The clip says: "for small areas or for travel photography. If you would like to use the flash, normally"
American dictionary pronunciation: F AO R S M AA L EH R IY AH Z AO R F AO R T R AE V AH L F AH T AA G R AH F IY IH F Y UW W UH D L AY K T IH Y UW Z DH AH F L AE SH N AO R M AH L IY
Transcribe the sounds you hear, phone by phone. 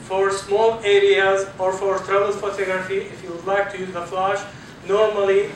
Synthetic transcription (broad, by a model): F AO R S M AA L EH R IY AH Z AO R F AO R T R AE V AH L F AH T AA G R AH F IY IH F Y UW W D L AY K T IH Y UW Z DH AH F L AE SH N AO R M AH L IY